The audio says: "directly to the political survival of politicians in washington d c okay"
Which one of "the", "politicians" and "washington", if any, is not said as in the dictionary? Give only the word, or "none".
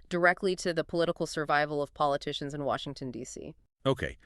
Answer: none